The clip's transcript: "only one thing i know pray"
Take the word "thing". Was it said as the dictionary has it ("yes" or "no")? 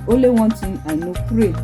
no